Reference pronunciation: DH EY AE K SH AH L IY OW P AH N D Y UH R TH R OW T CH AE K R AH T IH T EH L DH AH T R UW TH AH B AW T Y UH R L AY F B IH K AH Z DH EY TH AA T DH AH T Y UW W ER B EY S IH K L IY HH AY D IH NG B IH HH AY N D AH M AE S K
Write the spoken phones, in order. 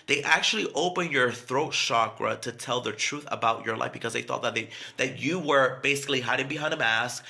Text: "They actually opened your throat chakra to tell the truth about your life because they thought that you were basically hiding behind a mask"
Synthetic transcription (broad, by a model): DH EY AE K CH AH L IY OW P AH N Y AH R TH R OW T SH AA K R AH T IH T EH L DH AH T R UW TH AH B AW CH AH R L AY F B IH K AH Z DH EY TH AA T DH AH T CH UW W ER B EY S IH K L IY HH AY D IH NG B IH HH AY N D AH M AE S K